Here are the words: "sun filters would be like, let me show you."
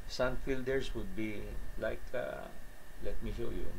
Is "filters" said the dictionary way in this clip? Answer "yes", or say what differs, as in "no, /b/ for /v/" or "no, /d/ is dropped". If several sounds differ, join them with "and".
no, /s/ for /z/